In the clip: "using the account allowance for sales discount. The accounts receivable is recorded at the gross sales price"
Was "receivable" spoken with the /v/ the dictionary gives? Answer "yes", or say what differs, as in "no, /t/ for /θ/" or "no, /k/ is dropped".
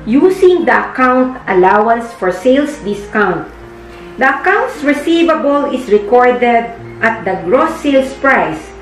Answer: yes